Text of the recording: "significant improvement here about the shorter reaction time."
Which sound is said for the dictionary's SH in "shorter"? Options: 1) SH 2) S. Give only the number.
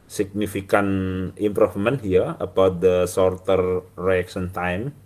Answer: 2